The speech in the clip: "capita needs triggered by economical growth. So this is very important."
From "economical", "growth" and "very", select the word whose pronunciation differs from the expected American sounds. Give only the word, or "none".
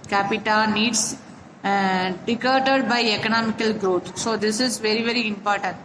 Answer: growth